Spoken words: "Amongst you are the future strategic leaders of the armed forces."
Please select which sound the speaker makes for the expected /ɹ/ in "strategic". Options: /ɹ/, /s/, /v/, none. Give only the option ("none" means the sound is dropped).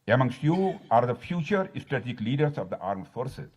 none